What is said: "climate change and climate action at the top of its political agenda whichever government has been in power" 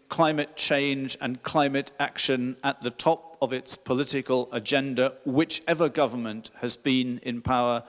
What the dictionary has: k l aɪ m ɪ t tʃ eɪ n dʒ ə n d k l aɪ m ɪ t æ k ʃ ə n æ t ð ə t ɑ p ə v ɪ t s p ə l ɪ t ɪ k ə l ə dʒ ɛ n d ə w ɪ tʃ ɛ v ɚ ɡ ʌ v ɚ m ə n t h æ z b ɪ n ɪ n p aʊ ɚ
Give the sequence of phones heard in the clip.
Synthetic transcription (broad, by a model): k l aɪ m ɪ t tʃ eɪ n dʒ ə n k l aɪ m ɪ t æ k ʃ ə n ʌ t ð ə t ɑ p ə v ɪ t s p ə l ɪ t ɪ k ə l ə dʒ ɛ n d ə w ɪ tʃ ɛ v ɚ ɡ ʌ v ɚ m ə n t h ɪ z b ɪ n ɪ n p aʊ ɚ